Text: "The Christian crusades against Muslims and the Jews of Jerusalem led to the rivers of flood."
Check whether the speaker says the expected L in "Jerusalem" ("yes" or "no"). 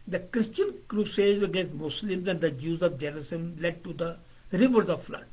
no